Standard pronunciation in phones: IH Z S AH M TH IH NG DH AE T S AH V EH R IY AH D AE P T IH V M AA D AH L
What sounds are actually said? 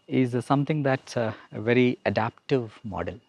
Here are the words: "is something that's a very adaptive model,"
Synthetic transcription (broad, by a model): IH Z S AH M T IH NG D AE T S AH V EH R IY AH D AE P T IH V M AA D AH L